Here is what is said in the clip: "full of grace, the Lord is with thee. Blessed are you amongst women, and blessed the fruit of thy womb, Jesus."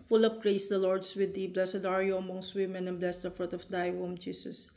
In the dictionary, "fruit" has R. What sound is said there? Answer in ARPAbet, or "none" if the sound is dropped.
R